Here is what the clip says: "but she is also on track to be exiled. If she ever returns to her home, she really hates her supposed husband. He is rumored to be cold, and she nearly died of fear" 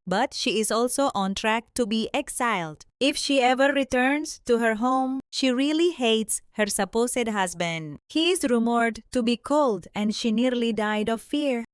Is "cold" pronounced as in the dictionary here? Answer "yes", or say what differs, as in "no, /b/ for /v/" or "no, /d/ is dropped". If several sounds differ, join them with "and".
yes